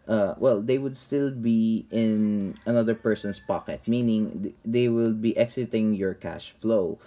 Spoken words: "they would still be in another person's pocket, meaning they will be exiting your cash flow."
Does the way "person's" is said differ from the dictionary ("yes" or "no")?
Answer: yes